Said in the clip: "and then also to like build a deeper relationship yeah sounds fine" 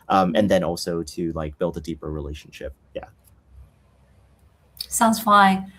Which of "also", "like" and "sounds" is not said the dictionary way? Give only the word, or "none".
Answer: none